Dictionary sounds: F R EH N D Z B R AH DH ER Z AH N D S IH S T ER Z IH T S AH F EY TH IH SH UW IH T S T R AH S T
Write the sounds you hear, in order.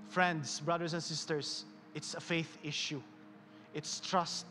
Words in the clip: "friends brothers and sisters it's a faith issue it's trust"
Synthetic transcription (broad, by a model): F R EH N D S B R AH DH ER S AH N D S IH S T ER S IH T S AH F EY TH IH SH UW IH T S T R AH S T